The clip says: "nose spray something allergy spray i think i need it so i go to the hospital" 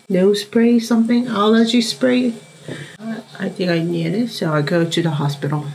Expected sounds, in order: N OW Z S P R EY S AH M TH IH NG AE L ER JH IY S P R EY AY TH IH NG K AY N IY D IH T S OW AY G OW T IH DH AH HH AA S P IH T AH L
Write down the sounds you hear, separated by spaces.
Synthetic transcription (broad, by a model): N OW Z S P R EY S AH M TH IH NG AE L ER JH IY S P R EY AY TH IH NG K AY N IY D IH T S OW AY G OW T IH DH AH HH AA S P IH T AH L